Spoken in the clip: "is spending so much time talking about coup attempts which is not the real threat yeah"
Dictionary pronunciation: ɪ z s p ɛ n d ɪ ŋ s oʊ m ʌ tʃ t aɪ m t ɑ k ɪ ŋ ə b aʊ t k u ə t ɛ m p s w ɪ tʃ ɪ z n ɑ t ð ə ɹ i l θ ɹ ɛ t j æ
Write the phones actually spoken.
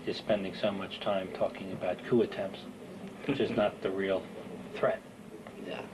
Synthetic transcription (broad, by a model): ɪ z s p ɛ n d ɪ ŋ s oʊ m ʌ tʃ t aɪ m t ɑ k ɪ ŋ ə b aʊ t k u ə t ɛ m p s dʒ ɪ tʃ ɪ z n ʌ t ð ə ɹ i l θ ɹ ɛ t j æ